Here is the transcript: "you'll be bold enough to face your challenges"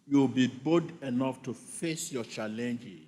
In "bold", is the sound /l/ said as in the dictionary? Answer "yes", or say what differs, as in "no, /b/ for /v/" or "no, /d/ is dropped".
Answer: no, /l/ is dropped